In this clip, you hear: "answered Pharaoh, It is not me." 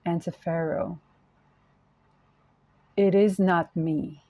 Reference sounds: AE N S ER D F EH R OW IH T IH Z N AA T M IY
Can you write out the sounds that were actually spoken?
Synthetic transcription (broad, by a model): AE N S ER F EH R OW IH T IH Z N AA T M IY